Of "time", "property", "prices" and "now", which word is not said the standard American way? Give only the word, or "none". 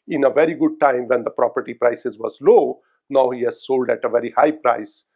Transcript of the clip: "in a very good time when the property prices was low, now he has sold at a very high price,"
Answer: none